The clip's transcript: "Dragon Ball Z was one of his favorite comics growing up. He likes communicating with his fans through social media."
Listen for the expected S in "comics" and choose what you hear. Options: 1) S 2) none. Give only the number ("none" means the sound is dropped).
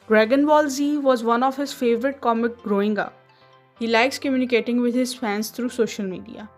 2